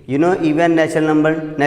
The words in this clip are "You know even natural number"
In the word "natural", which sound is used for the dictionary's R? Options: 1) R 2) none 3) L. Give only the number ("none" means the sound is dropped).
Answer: 2